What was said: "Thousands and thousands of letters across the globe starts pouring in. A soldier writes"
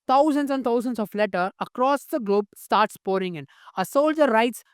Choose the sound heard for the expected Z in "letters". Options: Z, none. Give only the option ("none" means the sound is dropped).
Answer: none